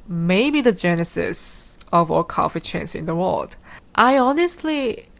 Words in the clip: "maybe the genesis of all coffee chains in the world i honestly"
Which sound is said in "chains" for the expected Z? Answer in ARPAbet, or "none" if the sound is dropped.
S